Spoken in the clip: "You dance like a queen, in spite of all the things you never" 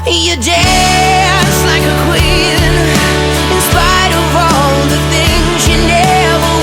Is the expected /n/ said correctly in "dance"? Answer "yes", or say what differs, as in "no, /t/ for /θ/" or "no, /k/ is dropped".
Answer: no, /n/ is dropped